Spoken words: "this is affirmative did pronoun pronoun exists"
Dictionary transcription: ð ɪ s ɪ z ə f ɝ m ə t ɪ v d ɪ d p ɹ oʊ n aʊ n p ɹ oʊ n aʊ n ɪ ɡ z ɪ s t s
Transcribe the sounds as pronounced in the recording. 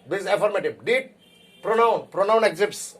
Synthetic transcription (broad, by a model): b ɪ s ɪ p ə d m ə t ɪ b d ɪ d p ɹ oʊ n aʊ n p ɹ oʊ n aʊ n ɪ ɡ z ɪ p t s